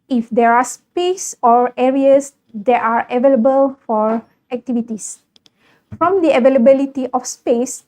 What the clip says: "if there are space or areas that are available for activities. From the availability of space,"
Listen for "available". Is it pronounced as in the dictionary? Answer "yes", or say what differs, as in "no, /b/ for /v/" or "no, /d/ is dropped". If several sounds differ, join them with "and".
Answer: yes